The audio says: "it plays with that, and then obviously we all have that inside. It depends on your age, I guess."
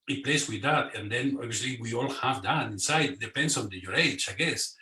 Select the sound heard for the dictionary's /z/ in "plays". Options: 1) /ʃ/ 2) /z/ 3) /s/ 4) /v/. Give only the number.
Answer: 3